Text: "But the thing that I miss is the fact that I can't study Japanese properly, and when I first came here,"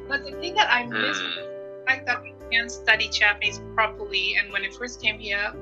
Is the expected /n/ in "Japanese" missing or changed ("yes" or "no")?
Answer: yes